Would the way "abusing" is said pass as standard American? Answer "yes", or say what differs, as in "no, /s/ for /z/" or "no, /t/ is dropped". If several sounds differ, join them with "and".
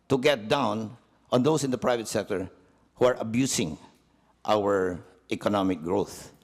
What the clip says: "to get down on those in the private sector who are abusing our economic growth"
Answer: no, /s/ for /z/